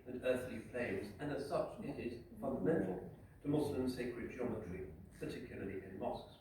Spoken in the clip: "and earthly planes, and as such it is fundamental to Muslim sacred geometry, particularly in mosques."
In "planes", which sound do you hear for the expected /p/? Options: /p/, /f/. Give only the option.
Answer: /f/